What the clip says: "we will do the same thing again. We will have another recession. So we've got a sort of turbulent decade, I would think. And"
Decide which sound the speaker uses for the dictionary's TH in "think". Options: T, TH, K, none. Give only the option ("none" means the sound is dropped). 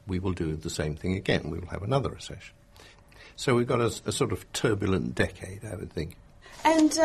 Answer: TH